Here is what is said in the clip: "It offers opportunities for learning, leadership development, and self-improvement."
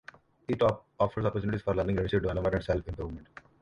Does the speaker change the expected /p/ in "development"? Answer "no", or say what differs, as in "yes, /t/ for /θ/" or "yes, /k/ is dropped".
yes, /p/ is dropped